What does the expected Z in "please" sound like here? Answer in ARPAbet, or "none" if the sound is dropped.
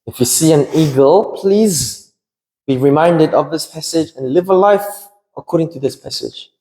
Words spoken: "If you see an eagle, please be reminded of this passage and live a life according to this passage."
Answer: Z